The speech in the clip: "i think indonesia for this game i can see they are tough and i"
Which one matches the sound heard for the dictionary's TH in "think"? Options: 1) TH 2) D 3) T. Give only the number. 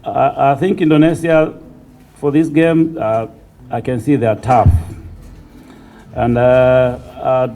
1